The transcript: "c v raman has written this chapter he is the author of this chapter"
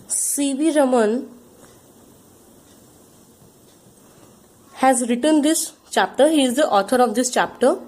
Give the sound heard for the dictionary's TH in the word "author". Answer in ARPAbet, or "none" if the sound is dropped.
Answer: T